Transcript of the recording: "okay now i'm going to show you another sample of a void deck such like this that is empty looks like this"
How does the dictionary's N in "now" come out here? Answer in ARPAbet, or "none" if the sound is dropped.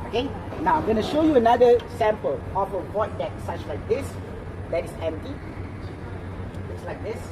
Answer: N